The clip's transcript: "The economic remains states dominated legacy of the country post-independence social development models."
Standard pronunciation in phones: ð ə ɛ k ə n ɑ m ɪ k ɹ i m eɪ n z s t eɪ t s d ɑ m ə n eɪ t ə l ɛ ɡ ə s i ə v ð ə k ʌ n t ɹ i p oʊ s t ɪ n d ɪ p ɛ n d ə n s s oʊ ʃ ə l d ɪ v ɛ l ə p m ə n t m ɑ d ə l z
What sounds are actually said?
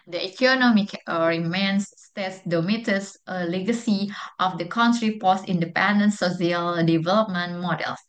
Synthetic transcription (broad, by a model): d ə ɛ k ə n ɑ m ɪ k ɹ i m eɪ n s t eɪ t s d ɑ m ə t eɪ s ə l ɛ ɡ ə s i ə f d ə k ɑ n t ɹ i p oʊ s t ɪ n d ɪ p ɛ n d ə n s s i ə l d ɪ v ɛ l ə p m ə n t m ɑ d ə l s